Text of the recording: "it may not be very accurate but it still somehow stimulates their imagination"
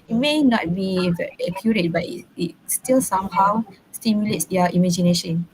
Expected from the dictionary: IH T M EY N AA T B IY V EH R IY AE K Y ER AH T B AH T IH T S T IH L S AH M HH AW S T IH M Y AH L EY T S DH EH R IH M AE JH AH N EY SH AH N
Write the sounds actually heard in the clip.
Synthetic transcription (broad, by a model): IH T M EY N AA T B IY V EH IY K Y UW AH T B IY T IH T S T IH L S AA M HH AW S T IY M Y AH L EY T S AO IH M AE JH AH N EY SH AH N